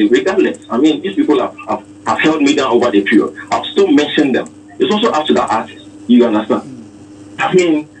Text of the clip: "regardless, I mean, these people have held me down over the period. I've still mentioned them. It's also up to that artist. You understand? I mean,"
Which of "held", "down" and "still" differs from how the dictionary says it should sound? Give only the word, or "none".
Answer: none